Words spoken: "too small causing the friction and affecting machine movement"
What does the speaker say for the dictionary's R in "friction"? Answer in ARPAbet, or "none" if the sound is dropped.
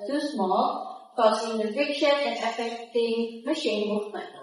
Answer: none